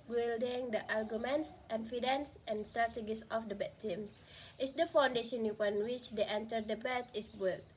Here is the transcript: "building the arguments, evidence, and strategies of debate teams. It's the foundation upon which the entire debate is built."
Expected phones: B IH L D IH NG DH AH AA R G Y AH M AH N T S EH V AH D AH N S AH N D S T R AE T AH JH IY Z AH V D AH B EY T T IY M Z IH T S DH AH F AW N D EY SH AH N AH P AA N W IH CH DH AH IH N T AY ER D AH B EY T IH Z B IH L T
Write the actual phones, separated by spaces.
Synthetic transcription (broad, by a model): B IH L D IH NG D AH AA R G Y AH M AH N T S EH F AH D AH N S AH N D S T R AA T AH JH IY S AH F D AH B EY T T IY M S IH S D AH F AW N D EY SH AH N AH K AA N W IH CH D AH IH N T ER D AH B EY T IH S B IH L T